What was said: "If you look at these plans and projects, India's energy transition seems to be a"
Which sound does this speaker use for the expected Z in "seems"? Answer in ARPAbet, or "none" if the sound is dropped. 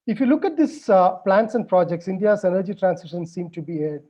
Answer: none